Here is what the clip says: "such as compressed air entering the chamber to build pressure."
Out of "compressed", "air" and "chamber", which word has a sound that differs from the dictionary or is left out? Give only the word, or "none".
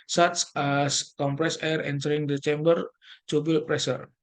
compressed